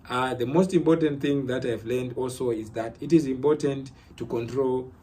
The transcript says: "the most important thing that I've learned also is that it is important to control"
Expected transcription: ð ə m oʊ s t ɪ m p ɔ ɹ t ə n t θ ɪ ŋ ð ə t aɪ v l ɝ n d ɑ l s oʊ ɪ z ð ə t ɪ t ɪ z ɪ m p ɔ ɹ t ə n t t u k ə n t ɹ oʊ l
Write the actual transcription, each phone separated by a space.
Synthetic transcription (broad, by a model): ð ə m oʊ s t ɪ m p ɔ ɹ t ə n t θ ɪ ŋ ð ə t aɪ v l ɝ n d ɑ l s oʊ ɪ z ð ə t ɪ t ɪ z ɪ m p ɔ ɹ t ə n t t u k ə n t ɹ oʊ l